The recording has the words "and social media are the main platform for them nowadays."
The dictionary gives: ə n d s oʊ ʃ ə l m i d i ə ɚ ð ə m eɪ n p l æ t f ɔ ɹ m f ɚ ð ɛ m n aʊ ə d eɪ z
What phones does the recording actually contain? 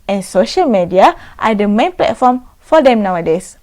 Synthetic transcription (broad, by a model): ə n s oʊ ʃ ə l m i d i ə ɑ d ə m eɪ n p l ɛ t f ɔ m f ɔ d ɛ m n aʊ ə d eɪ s